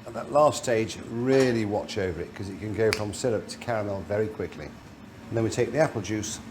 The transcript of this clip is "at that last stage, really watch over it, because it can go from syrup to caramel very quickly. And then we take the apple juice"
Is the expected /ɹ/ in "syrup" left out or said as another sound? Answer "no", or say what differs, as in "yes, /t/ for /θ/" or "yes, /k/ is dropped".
yes, /l/ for /ɹ/